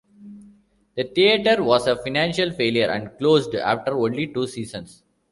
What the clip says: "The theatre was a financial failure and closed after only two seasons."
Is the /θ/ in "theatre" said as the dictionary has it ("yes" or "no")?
no